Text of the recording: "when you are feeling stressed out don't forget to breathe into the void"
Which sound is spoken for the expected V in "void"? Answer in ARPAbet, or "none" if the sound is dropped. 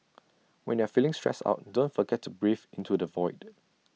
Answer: V